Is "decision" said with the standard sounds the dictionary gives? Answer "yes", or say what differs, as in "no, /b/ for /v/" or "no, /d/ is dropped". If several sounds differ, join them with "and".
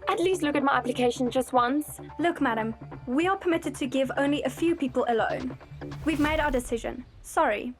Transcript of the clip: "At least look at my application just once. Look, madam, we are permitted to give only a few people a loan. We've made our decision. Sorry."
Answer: yes